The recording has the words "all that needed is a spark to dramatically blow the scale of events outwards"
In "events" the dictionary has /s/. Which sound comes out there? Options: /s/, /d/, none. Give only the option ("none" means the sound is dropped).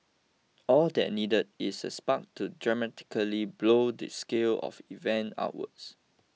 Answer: none